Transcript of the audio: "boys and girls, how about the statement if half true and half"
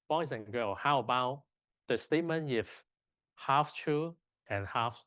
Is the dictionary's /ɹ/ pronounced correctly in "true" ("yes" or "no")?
no